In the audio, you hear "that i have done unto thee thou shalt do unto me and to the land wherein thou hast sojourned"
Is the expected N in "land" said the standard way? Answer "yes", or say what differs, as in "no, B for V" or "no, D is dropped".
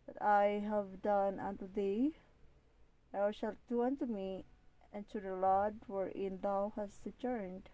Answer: no, N is dropped